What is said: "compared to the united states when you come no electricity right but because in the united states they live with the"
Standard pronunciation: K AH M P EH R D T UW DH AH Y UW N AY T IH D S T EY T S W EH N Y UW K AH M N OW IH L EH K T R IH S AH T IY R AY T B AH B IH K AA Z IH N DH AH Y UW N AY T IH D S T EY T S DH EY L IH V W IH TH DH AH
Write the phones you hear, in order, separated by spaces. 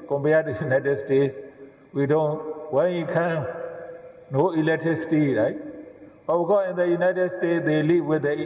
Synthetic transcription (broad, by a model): K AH M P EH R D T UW Y UW N AY T IH D S T EY T S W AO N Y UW K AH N N OW IH L EH K T R IH S AH T IY R AY T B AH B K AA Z IH N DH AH Y UW N AY T IH D S T EY T S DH EY L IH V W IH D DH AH